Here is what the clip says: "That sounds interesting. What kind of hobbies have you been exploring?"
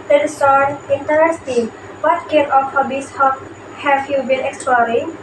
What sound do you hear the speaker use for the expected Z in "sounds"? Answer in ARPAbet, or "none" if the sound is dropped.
none